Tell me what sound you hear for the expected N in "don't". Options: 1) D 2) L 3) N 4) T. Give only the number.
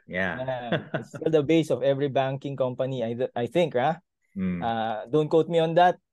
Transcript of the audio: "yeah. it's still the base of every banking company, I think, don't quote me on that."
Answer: 3